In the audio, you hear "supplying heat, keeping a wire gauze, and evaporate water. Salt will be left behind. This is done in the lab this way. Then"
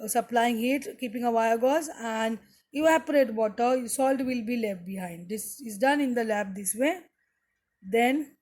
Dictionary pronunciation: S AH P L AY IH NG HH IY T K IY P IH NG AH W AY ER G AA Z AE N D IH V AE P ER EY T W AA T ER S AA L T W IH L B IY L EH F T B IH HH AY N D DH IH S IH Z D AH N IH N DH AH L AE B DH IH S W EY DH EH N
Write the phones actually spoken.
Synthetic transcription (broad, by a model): S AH P L AY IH NG HH IY T K IY P IH NG AH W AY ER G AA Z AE N D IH AE P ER EY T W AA T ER S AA L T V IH L B IY L EH F T B IH HH AY N D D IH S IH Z D AH N IH N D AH L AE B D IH S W EY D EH N